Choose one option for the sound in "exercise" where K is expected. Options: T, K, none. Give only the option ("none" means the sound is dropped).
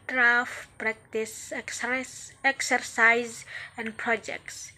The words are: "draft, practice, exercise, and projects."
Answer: K